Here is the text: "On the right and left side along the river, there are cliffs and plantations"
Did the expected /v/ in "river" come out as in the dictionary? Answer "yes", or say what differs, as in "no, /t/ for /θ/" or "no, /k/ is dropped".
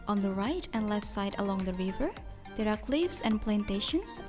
yes